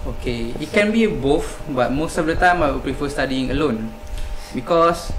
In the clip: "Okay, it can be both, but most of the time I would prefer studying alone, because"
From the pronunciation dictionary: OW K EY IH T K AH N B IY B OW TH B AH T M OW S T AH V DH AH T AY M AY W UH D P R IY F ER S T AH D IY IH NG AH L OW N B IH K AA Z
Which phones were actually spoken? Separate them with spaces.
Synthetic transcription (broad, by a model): OW K EY IH T K AH N B IY B OW F B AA T M OW S T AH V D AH T AY M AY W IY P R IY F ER S T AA D IY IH NG AH L OW N B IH K AA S